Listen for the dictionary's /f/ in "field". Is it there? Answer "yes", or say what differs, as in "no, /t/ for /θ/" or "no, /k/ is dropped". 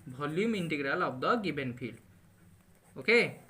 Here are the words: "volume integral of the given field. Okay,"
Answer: no, /p/ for /f/